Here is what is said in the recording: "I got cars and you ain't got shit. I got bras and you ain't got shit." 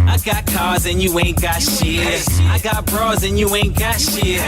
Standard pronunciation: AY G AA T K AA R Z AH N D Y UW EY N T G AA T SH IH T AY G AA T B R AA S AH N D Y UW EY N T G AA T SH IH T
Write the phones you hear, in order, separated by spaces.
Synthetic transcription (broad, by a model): AY G AA T K AA R Z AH N Y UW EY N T G AA T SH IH AY G AA T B R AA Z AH N Y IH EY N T G AA T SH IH